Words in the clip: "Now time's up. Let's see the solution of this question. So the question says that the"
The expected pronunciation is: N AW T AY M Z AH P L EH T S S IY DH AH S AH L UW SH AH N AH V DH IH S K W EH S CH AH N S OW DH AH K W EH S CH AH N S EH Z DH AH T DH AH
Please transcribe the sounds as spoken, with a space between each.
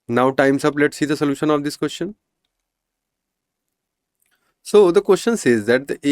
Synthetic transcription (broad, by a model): N AW T AY M S AH P L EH T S S IY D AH S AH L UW SH AH N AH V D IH S K W EH S CH AH N S OW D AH K W EH S CH AH N S EH Z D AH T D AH